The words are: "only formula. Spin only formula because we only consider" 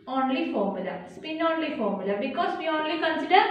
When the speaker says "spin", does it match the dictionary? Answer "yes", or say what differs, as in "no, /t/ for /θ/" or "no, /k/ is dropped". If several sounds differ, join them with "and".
yes